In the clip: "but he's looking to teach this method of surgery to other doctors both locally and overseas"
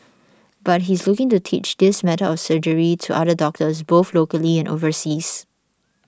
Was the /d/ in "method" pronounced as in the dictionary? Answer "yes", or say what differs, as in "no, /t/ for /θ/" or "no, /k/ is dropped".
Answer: no, /d/ is dropped